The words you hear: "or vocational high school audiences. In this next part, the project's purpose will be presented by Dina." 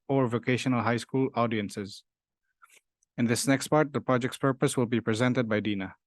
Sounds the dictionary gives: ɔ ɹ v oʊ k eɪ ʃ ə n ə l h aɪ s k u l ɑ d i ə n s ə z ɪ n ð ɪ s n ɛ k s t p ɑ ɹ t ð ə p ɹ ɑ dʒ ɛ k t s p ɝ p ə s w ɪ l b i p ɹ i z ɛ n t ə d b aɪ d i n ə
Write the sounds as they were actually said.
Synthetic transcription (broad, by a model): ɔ ɹ v oʊ k eɪ ʃ ə n ə l h aɪ s k u l ɑ d i ə n s ə z ɪ n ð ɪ s n ɛ k s t p ɑ ɹ t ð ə p ɹ ɑ dʒ ɛ k t s p ɝ p ə s w ɪ l b i p ɹ i z ɛ n t ə d b aɪ d i n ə